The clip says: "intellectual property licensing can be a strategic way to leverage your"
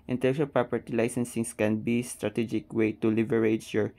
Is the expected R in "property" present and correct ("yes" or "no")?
yes